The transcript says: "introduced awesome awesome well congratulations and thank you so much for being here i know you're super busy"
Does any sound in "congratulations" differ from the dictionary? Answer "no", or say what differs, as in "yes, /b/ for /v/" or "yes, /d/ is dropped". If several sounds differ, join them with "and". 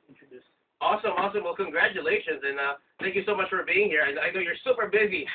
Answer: no